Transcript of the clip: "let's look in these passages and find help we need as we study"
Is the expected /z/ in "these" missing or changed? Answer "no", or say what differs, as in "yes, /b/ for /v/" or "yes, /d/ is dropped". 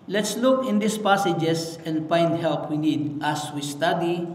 yes, /s/ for /z/